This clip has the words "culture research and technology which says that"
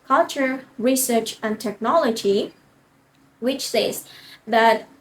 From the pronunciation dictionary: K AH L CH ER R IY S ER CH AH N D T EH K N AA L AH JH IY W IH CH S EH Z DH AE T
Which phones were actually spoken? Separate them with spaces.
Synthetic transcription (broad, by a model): K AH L CH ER R IY S ER CH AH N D T EH K N AA L AH JH IY W IH CH S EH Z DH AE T